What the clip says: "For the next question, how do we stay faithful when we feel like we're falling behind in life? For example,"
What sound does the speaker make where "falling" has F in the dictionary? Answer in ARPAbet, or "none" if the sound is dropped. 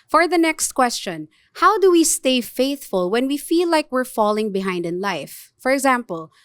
F